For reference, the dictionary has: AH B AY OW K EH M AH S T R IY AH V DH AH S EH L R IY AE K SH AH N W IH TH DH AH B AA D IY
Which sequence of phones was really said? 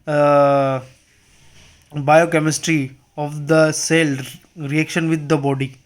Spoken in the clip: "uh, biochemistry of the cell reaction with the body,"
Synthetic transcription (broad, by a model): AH B AY OW K EH M AH S T R IY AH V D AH S EH L R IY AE K SH AH N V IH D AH B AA D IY